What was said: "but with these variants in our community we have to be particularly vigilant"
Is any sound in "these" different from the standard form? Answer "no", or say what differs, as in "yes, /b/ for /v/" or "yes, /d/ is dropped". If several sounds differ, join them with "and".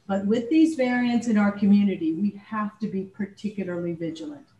no